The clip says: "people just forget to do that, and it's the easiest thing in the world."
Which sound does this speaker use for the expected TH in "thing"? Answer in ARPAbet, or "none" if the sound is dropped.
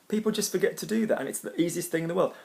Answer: TH